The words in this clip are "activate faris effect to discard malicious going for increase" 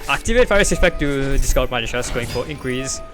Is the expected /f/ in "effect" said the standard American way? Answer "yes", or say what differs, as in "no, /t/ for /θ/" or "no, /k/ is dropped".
no, /p/ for /f/